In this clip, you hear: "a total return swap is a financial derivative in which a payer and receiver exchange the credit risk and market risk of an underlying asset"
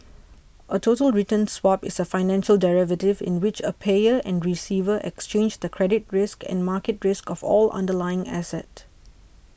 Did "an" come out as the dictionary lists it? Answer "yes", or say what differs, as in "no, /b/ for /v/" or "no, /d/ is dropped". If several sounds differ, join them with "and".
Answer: no, /l/ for /n/